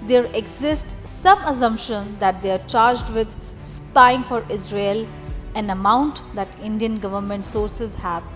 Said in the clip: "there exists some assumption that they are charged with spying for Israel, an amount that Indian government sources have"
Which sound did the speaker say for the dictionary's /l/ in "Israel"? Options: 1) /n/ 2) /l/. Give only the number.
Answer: 2